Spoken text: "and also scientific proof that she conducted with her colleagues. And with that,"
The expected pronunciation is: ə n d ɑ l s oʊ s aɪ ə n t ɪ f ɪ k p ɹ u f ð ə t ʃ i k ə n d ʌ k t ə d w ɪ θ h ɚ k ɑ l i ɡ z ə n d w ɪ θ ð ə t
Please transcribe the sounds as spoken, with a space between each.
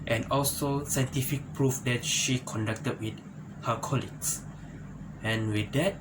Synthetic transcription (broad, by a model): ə n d ɑ l s oʊ s aɪ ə n t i f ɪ k p ɹ u f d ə t ʃ i k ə n d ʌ k t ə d w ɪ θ h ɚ k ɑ l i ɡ s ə n w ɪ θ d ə t